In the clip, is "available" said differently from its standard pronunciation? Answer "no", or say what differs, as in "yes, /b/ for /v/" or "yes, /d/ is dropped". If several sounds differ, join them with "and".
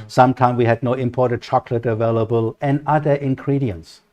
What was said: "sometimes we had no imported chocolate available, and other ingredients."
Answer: no